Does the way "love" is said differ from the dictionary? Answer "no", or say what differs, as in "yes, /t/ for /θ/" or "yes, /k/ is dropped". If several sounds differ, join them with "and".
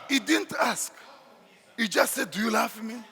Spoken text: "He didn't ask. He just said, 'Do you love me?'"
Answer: yes, /f/ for /v/